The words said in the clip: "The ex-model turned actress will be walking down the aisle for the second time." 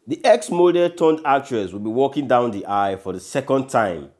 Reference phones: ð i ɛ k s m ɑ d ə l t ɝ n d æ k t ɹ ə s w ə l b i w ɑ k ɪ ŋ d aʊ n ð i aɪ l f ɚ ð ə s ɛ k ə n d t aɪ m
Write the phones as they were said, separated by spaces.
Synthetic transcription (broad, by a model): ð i ɛ k s m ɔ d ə t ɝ n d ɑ k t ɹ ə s w ə l b i w ɑ k ɪ ŋ d aʊ n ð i aɪ f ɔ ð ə s ɛ k ə n d t aɪ m